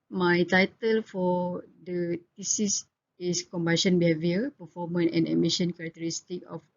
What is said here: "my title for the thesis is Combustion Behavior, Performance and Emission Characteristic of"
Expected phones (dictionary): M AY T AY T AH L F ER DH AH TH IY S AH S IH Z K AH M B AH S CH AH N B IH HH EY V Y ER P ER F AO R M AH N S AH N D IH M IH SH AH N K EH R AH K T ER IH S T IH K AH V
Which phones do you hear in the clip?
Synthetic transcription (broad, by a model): M AY T AY T AH L F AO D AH T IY S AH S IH S K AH M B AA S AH N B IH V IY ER P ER F AO M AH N AH N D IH M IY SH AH N K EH R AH K T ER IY S T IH K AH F